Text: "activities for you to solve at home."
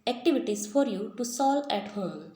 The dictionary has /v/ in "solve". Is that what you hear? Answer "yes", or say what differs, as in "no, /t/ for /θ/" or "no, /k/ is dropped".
no, /v/ is dropped